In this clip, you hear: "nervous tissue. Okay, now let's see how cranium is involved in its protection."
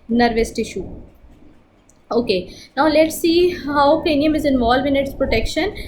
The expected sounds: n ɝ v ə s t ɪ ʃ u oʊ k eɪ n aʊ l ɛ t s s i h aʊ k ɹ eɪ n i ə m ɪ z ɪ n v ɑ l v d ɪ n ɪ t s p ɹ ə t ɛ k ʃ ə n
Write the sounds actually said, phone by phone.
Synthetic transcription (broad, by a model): n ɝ v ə s t ɪ ʃ u oʊ k eɪ n aʊ l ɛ t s s i h aʊ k eɪ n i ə m ɪ z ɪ n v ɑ l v ɪ n ɪ t s p ɹ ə t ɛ k ʃ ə n